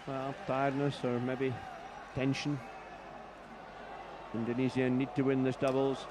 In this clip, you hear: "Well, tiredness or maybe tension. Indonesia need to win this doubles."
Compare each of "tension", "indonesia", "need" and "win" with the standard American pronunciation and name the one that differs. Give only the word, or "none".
indonesia